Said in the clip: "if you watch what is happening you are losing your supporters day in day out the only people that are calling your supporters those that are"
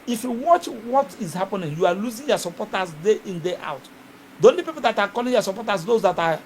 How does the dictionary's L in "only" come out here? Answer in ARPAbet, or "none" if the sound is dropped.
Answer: none